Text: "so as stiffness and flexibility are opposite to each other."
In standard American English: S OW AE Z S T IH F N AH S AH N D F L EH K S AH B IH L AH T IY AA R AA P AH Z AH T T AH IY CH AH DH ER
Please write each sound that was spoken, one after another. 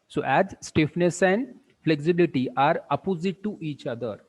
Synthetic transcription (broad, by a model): S OW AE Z S T IH F N AH S AH N D F L EH K S AH B IH L AH T IY AA R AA P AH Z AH T T IY CH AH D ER